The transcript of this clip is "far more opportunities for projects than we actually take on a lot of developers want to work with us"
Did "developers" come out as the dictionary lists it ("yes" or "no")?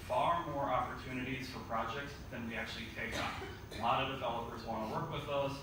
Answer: yes